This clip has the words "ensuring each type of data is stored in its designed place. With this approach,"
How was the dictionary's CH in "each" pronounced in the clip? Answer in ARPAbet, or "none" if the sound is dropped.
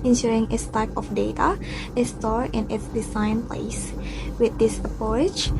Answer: S